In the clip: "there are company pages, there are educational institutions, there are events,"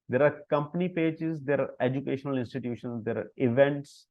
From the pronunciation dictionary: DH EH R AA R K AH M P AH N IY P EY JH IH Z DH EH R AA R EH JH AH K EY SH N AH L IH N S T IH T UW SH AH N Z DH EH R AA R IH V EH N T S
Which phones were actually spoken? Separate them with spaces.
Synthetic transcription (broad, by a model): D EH R AA R K AH M P AH N IY P EY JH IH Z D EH R AA R EH JH AH K EY SH N AH L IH N S T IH T UW SH AH N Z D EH R AA R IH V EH N T S